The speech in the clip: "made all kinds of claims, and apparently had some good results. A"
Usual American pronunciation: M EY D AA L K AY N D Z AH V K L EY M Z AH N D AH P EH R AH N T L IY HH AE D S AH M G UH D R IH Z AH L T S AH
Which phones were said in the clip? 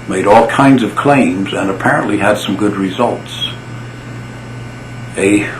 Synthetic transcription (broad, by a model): M EY D AA L K AY N D Z AH V K L EY M Z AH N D AH P EH R AH N T L IY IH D S AH M G UH D R IH Z AH L T S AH